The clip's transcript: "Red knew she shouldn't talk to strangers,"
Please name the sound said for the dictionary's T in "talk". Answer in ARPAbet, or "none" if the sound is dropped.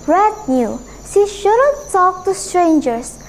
S